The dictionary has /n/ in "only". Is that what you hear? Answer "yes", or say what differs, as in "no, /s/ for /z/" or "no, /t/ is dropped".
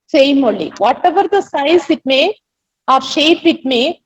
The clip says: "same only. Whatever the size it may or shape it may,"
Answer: no, /n/ is dropped